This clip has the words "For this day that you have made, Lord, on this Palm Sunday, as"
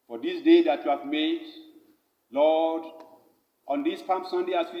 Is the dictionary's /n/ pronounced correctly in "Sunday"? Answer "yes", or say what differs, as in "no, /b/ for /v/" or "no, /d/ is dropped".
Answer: yes